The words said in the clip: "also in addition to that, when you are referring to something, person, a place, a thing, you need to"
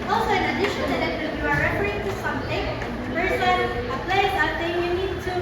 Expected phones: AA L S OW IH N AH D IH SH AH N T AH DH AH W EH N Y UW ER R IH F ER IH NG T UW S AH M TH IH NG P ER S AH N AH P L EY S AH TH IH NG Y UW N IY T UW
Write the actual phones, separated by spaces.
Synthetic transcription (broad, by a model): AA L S OW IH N AH D IH SH AH N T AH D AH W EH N Y UW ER R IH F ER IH T UW S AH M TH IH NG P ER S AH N AH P L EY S AH T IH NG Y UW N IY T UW